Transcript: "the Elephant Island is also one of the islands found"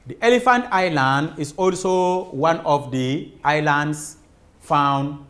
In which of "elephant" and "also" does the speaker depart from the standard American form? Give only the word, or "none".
none